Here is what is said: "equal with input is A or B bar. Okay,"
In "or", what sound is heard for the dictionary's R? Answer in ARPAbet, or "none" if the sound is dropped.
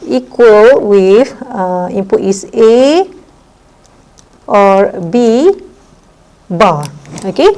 R